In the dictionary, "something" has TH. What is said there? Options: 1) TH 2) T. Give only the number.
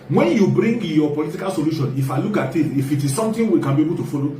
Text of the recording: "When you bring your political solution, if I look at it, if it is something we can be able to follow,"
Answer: 2